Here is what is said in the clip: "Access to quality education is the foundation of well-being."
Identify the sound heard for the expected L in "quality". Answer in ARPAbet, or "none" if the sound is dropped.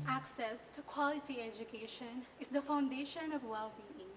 L